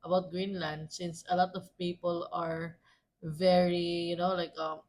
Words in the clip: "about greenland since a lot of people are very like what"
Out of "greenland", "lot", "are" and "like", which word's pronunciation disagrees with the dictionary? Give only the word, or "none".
none